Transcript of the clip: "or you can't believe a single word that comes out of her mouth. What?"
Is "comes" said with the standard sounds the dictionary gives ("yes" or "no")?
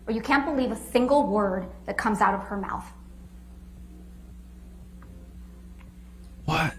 yes